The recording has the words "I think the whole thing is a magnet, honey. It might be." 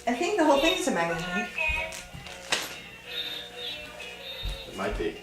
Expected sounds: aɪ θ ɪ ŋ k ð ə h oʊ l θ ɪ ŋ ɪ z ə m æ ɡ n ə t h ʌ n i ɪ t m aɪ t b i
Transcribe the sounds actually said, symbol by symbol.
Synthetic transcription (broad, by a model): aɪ θ ɪ ŋ k ð ə h oʊ l θ ɪ ŋ ɪ z ə m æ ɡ ə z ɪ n ɪ t m aɪ t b i